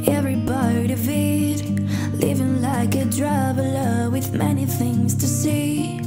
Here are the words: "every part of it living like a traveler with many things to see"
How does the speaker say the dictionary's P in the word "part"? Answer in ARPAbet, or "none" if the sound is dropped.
B